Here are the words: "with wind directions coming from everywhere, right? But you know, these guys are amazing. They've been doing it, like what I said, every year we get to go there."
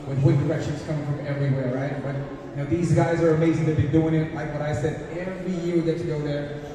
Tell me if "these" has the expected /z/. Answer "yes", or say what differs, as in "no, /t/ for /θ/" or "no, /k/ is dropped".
yes